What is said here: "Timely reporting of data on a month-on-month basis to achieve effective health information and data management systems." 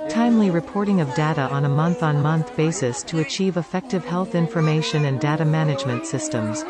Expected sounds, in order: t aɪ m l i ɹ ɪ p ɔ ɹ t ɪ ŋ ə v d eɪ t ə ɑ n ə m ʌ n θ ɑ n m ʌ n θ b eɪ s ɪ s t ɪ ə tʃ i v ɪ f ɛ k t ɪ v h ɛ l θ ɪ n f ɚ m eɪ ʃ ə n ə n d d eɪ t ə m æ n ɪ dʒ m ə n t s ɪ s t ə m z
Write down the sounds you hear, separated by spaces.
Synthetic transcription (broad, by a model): t aɪ m l i ɹ ɪ p ɔ ɹ t ɪ ŋ ə v d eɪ t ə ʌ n ə m ʌ n θ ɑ n m ʌ n θ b eɪ s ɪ s t ɪ ə tʃ i v ɪ f ɛ k t ɪ v h ɛ l θ ɪ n f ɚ m eɪ ʃ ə n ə n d d eɪ t ə m æ n ɪ dʒ m ə n t s ɪ s t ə m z